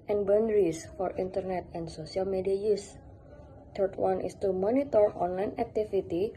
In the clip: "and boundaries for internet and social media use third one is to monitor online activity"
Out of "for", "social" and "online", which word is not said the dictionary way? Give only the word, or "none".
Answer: social